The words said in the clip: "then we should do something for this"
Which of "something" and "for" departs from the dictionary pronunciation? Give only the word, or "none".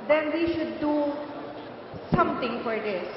something